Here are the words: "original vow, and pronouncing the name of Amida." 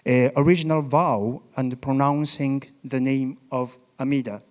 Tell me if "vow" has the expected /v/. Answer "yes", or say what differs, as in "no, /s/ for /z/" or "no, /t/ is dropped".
yes